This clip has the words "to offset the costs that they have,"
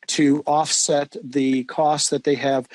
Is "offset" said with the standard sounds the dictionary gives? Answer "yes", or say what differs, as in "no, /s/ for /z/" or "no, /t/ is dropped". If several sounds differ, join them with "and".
yes